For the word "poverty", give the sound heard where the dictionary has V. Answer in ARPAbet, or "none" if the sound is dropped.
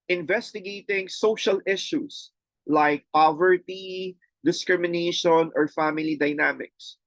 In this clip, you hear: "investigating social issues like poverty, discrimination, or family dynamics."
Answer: V